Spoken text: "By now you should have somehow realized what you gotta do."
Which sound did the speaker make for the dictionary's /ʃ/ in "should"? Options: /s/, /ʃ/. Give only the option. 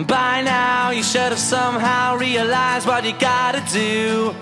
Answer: /ʃ/